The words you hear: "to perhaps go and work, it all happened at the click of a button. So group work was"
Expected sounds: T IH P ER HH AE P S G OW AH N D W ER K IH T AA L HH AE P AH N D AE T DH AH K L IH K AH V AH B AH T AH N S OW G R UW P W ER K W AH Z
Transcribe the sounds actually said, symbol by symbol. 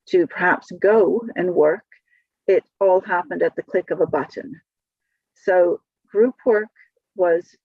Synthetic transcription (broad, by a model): T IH P ER HH AE P S G OW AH N W ER K IH T AA L HH AE P AH N D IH T DH AH K L IH K AH V AH B AH T N S OW G R UW P W ER K W AH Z